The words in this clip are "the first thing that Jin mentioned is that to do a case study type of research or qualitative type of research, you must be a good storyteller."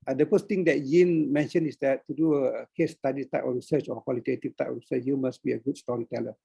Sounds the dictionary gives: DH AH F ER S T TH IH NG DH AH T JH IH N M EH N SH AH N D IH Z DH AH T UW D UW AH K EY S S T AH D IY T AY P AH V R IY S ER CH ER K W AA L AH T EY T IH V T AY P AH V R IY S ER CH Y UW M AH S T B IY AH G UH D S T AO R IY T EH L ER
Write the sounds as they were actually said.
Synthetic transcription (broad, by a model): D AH F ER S T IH NG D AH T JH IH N M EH N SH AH N IH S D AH T UW D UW AH K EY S S T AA D IY T AY P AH F R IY S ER CH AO K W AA L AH T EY T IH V T AY P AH F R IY S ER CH Y UW M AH S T B IY AH G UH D S T AO R IY T EH L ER